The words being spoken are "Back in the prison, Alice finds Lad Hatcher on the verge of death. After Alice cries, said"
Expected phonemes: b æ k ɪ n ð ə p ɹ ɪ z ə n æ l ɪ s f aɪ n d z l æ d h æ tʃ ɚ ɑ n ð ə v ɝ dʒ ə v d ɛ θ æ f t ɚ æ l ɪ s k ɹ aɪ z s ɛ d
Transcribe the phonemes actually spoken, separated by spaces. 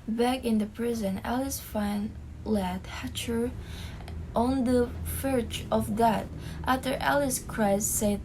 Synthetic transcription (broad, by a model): b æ k ɪ n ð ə p ɹ ɪ z ə n æ l ɪ s f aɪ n l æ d h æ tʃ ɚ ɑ n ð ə f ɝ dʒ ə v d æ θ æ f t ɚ æ l ɪ s k ɹ aɪ z s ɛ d